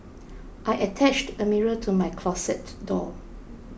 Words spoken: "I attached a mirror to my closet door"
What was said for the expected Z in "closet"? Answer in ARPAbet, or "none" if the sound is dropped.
S